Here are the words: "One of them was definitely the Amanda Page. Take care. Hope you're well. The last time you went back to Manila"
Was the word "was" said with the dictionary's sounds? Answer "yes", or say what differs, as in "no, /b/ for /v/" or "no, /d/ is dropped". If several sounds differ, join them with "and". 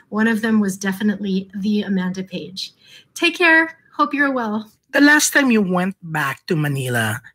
yes